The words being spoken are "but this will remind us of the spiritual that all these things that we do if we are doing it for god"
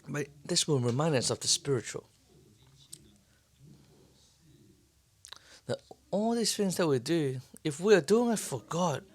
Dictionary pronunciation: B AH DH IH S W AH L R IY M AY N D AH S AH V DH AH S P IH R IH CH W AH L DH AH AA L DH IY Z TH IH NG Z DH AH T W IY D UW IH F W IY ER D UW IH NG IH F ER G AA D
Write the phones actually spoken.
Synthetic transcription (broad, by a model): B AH DH IH S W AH N R IY M AY N D AH S AH V DH AH S P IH R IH CH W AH L DH AH AA L DH IY Z TH IH NG Z DH AH T W IY D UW IH F W IY ER D UW IH NG IH F ER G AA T